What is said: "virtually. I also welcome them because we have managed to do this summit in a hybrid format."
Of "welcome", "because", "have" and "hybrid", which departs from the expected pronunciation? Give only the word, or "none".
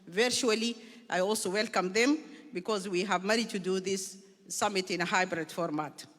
none